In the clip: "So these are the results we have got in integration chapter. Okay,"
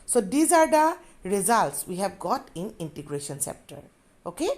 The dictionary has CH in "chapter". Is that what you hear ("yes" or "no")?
no